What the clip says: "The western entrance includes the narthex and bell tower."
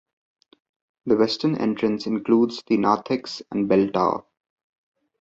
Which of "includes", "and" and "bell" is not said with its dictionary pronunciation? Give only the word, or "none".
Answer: none